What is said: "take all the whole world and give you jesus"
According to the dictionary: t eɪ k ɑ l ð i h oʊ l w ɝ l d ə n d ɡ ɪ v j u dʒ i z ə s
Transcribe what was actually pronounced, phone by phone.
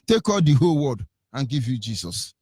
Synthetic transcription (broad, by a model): t eɪ k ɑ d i h oʊ l w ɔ d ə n ɡ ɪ v j u dʒ i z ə s